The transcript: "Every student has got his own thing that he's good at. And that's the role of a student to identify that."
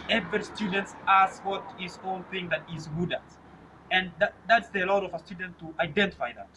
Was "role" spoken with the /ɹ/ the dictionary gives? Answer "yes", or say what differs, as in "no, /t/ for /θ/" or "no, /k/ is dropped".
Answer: no, /l/ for /ɹ/